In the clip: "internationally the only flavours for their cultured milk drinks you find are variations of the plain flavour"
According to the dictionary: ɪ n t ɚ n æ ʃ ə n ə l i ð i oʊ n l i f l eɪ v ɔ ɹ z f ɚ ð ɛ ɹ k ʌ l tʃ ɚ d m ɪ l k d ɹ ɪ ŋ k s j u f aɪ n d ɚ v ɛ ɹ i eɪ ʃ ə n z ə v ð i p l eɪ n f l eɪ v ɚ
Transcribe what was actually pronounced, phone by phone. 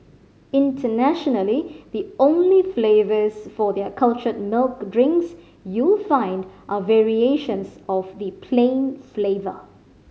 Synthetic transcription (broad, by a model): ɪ n t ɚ n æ ʃ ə n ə l i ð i oʊ n l i f l eɪ v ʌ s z f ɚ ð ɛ k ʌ l tʃ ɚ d m ɪ l k d ɹ ɪ ŋ k s j u f aɪ n d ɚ v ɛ ɹ i eɪ ʃ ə n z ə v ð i p l eɪ n f l eɪ v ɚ